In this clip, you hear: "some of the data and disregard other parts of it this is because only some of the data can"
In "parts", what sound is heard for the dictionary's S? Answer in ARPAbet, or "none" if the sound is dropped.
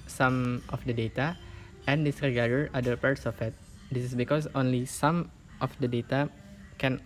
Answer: S